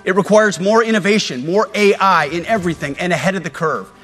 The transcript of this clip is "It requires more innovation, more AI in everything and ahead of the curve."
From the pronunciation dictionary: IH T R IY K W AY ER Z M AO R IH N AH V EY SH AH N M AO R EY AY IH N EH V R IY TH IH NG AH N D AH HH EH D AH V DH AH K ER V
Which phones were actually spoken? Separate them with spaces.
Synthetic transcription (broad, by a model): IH T R IY K W AY ER Z M AO R IH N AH V EY SH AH N M AO R EY AY IH N EH V R IY TH IH NG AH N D AH HH EH D AH V DH AH K ER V